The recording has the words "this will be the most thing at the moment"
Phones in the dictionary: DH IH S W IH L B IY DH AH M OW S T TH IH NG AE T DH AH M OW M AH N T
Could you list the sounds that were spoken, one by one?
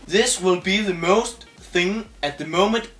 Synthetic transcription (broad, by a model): DH IH S W IH L B IY DH AH M OW S T TH IH NG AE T DH AH M OW M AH N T